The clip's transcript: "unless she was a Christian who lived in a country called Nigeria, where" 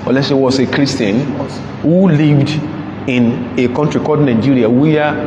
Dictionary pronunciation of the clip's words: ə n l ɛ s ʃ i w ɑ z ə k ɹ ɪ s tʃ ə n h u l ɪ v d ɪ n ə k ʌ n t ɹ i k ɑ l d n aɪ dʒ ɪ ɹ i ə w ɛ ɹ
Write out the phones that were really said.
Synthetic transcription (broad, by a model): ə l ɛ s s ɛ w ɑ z ə k ɹ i s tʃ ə n h u l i v d ɪ n ə k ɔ n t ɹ i k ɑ d n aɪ dʒ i ɹ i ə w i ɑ